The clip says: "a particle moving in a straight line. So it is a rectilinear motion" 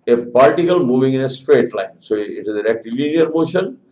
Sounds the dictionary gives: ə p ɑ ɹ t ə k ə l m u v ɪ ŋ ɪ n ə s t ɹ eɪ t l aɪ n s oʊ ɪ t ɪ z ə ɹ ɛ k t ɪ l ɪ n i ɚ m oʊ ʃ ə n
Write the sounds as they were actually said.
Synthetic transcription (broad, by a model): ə p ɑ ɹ t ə k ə l m u v ɪ ŋ ɪ n ə s t ɹ eɪ t l aɪ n s oʊ ɪ t ɪ z ə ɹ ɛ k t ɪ l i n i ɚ m oʊ ʃ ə n